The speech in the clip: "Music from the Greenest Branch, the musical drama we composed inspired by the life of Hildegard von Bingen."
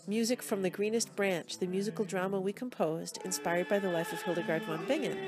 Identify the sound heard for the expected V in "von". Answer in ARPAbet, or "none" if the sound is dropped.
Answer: W